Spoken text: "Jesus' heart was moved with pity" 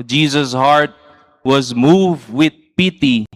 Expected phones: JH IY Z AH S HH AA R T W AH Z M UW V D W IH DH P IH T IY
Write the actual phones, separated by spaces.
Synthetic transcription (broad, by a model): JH IY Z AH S HH AA R T W AH Z M UW V D W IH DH P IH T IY